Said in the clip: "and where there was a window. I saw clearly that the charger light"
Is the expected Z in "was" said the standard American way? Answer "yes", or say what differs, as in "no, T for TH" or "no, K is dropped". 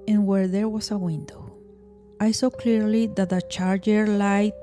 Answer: no, S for Z